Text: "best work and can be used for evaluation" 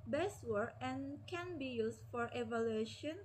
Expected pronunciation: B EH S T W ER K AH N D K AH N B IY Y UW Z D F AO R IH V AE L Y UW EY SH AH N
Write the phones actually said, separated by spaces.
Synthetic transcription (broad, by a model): B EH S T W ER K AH N K AH N B IY Y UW S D F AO R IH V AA L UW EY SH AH N